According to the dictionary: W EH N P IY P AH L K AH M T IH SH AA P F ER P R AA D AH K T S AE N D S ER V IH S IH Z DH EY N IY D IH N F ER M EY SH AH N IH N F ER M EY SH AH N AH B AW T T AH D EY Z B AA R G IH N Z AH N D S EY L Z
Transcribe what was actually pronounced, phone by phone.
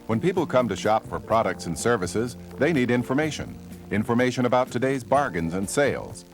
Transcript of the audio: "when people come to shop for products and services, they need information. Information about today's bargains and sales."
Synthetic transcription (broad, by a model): W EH N P IY P L K AH M T IH SH AA P F ER P R AA D AH K T S N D S ER V IH S IH Z DH EY N IY D IH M F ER M EY SH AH N IH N F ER M EY SH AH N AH B AW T T AH D EY Z B AA R G IH N Z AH N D S EY L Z